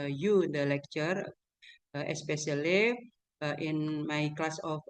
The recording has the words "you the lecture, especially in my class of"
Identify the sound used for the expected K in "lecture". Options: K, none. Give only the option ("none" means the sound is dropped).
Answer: K